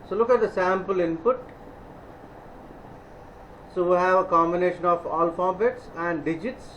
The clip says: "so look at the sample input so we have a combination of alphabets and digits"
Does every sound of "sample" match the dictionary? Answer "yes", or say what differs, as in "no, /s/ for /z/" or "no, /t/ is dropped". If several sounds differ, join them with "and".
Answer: yes